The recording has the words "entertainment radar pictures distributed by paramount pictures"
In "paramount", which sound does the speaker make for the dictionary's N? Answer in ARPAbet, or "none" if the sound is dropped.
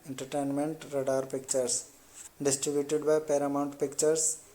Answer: N